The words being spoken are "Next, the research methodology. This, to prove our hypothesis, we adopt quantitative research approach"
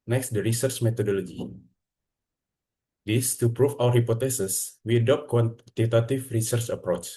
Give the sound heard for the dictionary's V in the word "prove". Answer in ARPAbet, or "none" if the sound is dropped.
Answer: F